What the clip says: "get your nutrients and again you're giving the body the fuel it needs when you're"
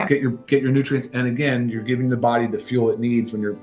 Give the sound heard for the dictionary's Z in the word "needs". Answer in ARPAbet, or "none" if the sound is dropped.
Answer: Z